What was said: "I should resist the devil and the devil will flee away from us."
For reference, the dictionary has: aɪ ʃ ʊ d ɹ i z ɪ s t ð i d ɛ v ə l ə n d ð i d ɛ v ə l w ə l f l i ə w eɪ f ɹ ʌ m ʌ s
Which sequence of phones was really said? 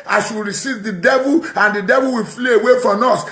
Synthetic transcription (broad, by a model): aɪ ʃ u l ɹ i s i t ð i d ɛ v ə l ə n d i d ɛ v ə l w ə l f l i ə w eɪ f ɹ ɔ m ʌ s